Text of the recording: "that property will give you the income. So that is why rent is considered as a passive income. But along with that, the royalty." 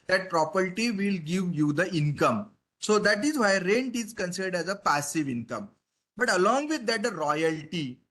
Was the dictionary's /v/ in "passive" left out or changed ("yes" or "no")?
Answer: no